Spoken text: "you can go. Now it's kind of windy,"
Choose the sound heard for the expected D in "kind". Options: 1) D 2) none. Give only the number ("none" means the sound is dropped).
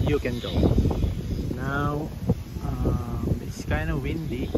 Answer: 2